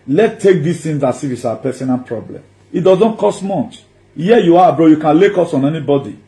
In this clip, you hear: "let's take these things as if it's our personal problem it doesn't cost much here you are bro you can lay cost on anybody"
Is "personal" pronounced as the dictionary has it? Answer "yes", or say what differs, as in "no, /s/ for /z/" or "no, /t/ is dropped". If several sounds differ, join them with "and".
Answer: no, /n/ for /l/